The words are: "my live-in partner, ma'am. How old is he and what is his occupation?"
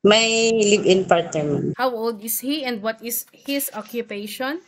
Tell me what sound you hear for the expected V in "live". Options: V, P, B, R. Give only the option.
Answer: B